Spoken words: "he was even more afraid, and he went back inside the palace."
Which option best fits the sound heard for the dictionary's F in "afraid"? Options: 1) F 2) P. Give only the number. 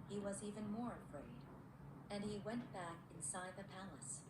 1